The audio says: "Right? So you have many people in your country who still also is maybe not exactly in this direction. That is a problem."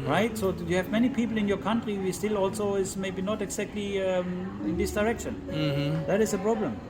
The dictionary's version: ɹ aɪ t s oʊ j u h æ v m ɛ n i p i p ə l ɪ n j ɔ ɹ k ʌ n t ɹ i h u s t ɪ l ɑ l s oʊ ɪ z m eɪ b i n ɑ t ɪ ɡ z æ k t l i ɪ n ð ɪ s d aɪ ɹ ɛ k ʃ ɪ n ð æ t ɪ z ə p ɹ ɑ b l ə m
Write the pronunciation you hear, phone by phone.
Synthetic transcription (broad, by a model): ɹ aɪ t s oʊ j u h æ v m ɛ n i p i p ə l ɪ n j ɔ ɹ k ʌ n t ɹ i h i s t ɪ l ɑ l s oʊ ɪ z m eɪ b i n ɑ t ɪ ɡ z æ k t l i ɪ n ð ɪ s d aɪ ɹ ɛ k ʃ ɪ n ð æ t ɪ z ə p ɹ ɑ b l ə m